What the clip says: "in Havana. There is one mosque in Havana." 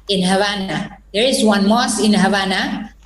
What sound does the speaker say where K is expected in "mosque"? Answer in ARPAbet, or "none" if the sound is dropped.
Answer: none